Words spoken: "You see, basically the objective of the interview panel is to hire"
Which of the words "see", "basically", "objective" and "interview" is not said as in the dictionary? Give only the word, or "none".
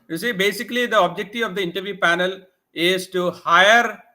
objective